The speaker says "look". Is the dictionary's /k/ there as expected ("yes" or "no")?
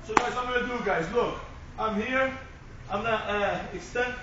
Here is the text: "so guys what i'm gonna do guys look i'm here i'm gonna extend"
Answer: yes